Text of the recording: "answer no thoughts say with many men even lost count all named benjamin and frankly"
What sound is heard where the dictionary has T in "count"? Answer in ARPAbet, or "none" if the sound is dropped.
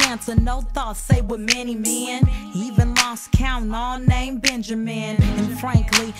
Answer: none